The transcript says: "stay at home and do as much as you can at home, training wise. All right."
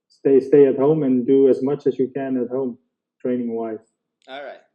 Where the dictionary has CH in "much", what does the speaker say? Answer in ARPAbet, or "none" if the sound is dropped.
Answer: CH